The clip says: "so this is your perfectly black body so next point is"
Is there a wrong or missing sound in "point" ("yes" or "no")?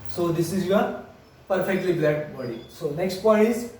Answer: yes